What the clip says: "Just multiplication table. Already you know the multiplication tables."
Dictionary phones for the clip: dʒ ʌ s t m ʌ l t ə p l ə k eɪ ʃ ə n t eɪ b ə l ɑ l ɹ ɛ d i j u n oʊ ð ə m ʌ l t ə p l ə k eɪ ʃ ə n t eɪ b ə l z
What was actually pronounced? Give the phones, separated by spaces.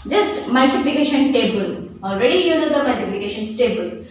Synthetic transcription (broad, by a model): dʒ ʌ s t m ʌ l t ə p l ə k eɪ ʃ ə n t eɪ b ə l ɑ l ɹ ɛ d i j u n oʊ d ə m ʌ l t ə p l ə k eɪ ʃ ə n t eɪ b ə l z